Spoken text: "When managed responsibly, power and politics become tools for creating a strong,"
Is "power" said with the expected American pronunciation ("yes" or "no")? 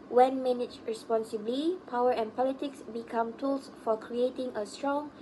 yes